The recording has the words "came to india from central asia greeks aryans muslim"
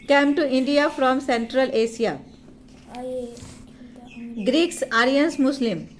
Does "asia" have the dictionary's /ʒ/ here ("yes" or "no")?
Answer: no